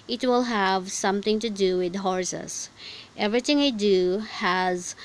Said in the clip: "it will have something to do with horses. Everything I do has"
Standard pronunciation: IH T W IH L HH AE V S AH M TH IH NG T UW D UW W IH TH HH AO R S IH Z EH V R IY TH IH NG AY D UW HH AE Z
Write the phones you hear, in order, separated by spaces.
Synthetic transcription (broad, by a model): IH T W IH L HH AE V S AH M T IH NG T UW D UW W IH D HH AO R S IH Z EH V R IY T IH NG AY D UW HH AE Z